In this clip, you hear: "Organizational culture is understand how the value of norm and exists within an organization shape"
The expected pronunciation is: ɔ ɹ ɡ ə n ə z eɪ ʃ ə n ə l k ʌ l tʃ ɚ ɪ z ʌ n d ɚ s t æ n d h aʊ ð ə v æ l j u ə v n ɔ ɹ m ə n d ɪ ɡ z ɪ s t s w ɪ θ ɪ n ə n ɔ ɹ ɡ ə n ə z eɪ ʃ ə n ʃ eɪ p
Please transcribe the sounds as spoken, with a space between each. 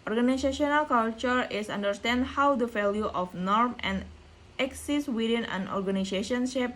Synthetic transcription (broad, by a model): ɔ ɹ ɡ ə n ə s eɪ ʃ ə n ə l k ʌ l tʃ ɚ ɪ s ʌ n d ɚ s t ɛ n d h aʊ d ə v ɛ l j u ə f n ɔ ɹ m ə n d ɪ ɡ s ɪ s s w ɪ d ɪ n ə n ɔ ɹ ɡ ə n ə s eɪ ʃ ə n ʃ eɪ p